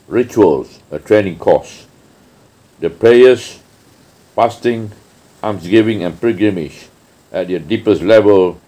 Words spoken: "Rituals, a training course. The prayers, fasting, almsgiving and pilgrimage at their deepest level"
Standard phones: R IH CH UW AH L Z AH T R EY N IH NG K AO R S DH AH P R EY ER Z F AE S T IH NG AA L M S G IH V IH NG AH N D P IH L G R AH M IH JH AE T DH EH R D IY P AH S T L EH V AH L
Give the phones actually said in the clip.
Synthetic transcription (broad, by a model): R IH CH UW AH L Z AH T R EY N IH NG K AO S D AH P R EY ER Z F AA S T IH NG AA M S G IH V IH NG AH N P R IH G R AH M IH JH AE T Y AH D IY P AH S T L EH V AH L